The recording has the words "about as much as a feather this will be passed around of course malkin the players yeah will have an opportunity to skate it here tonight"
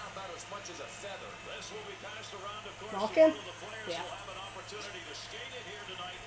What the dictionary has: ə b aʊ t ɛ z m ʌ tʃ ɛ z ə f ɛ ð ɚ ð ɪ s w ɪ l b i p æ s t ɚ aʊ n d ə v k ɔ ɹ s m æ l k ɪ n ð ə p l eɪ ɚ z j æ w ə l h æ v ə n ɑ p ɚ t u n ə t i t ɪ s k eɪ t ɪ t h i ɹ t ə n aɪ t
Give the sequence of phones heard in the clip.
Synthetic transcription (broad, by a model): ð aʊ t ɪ z m ʌ tʃ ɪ z ə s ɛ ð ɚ ð ɪ s w ɪ l b i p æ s t ɚ aʊ n d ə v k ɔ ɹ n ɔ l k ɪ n ð ə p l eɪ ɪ j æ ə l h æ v ə n ɑ p ɚ t u n ə t i t ɪ s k eɪ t ɪ t h i ɹ t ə n aɪ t